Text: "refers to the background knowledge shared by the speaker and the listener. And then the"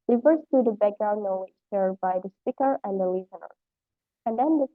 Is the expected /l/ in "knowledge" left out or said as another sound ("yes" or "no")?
yes